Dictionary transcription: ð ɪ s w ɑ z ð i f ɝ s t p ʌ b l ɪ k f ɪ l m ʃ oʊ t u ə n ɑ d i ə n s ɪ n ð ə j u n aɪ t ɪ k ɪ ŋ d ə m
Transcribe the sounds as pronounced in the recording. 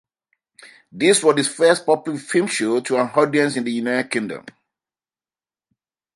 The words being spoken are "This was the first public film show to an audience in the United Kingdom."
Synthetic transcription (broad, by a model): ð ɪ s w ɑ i f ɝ s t p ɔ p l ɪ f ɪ m ʃ oʊ t u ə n ɑ d i ə n s ɪ n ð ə j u n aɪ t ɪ k ɪ ŋ d ə m